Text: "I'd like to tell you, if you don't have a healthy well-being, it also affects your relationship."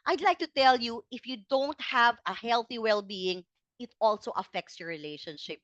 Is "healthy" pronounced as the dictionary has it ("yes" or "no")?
yes